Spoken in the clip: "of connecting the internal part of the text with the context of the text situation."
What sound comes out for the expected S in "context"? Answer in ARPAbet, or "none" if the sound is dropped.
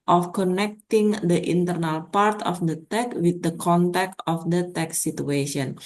none